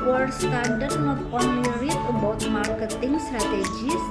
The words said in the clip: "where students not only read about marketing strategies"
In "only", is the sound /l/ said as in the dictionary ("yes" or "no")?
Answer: no